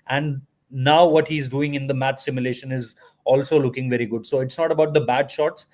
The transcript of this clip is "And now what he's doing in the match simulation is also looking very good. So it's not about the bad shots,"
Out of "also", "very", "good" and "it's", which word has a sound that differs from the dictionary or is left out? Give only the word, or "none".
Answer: none